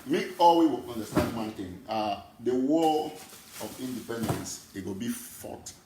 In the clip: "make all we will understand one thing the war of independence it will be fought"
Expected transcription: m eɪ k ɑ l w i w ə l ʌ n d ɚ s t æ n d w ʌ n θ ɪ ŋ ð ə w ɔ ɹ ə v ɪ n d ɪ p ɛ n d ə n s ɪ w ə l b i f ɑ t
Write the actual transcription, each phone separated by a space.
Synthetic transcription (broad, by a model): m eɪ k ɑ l w i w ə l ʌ n d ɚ s t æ n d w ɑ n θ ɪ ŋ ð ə w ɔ l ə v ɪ n d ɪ p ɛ n d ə n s ɪ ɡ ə b i f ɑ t